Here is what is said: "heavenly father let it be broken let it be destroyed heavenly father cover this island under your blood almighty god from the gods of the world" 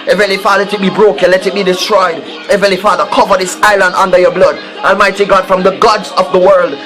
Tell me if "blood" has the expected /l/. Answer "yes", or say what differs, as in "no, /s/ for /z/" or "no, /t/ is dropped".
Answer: yes